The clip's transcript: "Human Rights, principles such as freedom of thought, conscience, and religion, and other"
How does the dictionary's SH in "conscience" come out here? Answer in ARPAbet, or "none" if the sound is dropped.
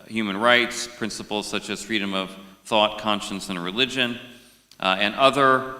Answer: SH